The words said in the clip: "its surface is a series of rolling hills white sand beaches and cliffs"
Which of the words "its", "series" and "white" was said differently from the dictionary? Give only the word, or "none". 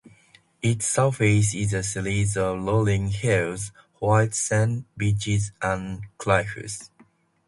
series